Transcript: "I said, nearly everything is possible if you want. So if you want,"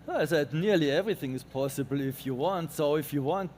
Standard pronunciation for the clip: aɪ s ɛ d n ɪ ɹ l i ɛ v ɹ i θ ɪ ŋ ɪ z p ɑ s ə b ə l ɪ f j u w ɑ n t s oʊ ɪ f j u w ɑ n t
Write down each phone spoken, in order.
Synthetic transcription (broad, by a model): aɪ s ɛ d n ɪ ɹ l i ɛ v ɹ i θ ɪ ŋ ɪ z p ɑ s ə b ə l ɪ f j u w ɑ n t s oʊ ɪ f j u w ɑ n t